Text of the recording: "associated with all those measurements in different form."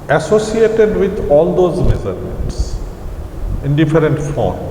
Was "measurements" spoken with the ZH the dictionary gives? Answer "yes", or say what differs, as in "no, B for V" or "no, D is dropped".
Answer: no, Z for ZH